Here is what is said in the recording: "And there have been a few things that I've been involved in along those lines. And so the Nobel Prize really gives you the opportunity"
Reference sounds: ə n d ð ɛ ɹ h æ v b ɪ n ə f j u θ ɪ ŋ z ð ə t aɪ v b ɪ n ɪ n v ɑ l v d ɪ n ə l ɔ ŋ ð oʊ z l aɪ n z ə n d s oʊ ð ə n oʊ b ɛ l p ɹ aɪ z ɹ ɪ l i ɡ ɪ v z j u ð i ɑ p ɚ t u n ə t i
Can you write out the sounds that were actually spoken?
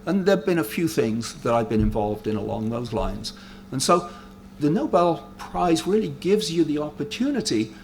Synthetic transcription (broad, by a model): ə n ð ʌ ɹ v b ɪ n ə f j u θ ɪ ŋ z ð ə t aɪ v b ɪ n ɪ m v ɑ l v d ɪ n ə l ɔ ŋ ð oʊ z l aɪ n z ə n s oʊ ð ə n oʊ b ɛ l p ɹ aɪ z ɹ ɪ l i ɡ ɪ v z j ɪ ð i ɑ p ɚ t u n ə t i